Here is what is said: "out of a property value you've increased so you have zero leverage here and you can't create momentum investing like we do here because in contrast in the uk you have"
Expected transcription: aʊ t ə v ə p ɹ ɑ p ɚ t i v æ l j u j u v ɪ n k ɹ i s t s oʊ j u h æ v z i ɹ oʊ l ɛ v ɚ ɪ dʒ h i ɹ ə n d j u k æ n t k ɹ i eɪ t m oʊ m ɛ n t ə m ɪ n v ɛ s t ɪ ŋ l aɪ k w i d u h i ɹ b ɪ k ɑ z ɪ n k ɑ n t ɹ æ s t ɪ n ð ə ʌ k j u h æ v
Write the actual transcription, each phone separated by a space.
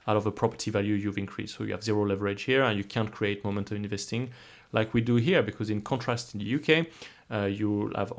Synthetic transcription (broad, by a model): aʊ t ə v ə p ɹ ɑ p ɚ t i v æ l j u j u v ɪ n k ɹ i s s oʊ j u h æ v z i ɹ oʊ l ɛ v ɚ ɪ dʒ h i ɹ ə n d j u k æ n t k ɹ i eɪ t m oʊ m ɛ n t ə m ɪ n v ɛ s t ɪ ŋ l aɪ k w i d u h i ɹ b ɪ k ɑ z ɪ n k ɑ n t ɹ æ s t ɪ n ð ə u k j u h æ v